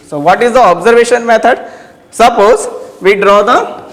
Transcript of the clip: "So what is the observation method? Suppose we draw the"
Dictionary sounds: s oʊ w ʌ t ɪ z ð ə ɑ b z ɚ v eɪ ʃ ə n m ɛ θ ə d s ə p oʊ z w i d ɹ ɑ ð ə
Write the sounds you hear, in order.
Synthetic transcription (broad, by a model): s oʊ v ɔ t ɪ z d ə ɑ b z ɚ v eɪ ʃ ə n m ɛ t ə d s ə p oʊ z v i d ɹ ɑ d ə